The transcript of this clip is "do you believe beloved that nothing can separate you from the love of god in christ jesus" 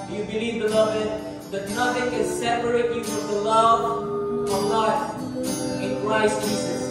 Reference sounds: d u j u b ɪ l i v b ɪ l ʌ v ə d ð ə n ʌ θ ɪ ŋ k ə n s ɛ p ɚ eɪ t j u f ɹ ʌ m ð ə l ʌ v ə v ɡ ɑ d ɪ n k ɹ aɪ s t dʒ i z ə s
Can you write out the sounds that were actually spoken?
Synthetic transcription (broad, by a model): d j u b ɪ l i v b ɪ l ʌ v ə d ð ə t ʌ f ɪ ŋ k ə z s ɛ p ɚ eɪ t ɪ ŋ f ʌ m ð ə l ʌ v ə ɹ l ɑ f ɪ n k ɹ aɪ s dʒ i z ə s